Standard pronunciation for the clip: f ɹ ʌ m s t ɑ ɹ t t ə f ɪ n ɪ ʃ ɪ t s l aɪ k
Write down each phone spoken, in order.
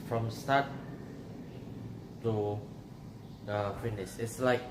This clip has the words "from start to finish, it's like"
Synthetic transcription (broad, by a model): f ɹ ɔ m s t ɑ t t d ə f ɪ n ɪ s ɪ t s l aɪ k